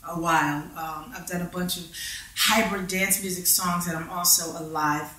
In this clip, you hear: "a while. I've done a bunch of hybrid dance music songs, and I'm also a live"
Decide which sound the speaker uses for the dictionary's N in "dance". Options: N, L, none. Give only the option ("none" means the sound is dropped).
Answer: N